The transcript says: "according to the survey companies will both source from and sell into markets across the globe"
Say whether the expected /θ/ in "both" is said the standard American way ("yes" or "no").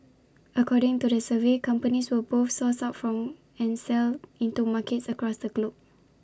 no